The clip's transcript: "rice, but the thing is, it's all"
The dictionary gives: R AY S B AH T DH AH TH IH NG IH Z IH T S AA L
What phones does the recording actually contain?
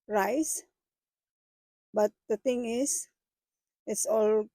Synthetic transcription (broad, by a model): R AY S B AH T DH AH T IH NG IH S IH T S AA L